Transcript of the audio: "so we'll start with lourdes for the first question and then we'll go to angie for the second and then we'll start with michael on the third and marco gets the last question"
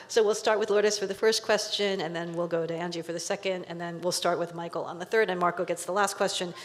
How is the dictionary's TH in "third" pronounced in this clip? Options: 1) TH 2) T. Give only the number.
1